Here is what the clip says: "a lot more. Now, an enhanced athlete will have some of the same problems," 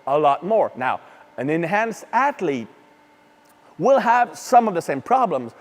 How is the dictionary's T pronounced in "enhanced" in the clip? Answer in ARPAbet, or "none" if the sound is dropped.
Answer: T